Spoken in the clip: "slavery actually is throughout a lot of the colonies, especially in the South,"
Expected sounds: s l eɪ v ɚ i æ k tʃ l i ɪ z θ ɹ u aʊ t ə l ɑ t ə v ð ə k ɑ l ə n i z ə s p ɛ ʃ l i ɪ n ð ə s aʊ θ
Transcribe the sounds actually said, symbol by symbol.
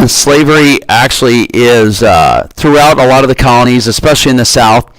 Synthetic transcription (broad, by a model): s l eɪ v ɚ i æ k tʃ l i ɪ z θ ɹ u aʊ t ə l ɑ t ə v ð ə k ɑ l ə n i z ə s p ɛ ʃ l i ɪ n ð ə s aʊ θ